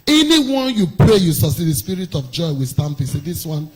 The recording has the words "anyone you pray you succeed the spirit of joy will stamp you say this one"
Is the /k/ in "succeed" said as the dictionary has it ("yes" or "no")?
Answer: no